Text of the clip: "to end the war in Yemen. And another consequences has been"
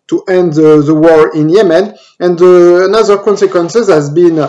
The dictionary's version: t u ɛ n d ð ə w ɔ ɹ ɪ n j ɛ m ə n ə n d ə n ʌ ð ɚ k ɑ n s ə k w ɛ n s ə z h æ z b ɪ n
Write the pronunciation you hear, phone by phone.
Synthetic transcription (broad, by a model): t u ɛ n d ð ə w ɔ ɹ ɪ n j ɛ m ə n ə n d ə n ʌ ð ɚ k ɑ n s ə k w ɛ n s ə z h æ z b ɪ n